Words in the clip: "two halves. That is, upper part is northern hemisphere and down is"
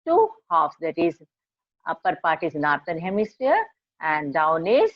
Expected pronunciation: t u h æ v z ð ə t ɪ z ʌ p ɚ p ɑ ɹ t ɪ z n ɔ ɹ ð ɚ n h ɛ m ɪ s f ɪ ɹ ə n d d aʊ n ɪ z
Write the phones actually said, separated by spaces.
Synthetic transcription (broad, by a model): t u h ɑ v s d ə t ɪ z ʌ p ɚ p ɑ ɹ t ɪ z n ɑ ɹ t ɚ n h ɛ m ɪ s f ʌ ɹ ə n d d aʊ n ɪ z